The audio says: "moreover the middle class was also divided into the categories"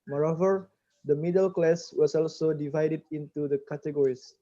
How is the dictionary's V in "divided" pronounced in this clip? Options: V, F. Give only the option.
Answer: V